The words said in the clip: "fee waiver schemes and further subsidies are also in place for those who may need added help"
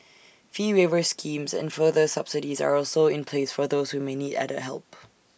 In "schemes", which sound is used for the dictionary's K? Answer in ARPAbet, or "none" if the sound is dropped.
K